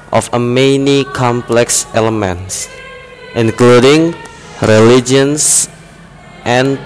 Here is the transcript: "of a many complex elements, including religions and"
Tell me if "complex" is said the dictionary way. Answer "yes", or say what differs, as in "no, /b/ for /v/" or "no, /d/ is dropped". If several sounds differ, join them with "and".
yes